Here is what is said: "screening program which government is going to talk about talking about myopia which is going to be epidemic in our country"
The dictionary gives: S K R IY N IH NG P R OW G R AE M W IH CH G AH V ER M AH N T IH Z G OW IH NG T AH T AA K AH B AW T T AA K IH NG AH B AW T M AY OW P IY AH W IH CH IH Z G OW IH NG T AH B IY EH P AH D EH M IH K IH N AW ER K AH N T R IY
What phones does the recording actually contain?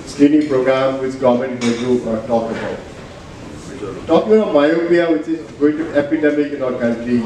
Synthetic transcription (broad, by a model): S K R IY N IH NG P R OW G R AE M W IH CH G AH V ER M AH N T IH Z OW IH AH T AA K AH B AW T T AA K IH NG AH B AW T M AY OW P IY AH W IH CH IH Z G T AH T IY EH P AH D EH M IH K IH N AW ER K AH N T R IY